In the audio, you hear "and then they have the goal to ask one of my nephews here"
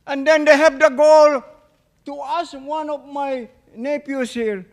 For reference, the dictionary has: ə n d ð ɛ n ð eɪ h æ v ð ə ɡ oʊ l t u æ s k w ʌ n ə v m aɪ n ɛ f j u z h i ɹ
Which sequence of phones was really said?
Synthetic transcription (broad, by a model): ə n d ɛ n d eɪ h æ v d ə ɡ oʊ l t u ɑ s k w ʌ n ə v m aɪ n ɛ p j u s h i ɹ